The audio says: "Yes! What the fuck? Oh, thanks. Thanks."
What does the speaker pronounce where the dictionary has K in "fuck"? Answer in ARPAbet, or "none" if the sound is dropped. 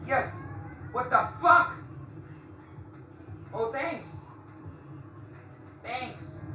K